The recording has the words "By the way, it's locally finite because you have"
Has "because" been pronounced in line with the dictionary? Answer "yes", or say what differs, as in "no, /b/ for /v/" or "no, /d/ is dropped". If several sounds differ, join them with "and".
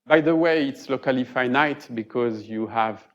yes